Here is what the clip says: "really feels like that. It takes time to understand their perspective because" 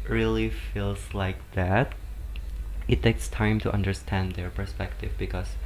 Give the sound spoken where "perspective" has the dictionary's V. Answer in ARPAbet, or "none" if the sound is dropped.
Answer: V